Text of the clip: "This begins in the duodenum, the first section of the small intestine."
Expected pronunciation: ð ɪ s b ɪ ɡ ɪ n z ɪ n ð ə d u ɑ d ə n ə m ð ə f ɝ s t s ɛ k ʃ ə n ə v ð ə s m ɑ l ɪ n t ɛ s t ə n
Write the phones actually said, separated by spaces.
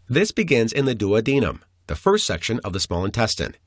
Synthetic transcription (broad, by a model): ð ɪ s b ɪ ɡ ɪ n z ɪ n ð ə d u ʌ d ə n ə m ð ə f ɝ s t s ɛ k ʃ ə n ə v ð ə s m ɑ l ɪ n t ɛ s t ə n